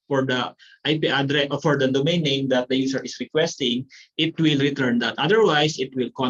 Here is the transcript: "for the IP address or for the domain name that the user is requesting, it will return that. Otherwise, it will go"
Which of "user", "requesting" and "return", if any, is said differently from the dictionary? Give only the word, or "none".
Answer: user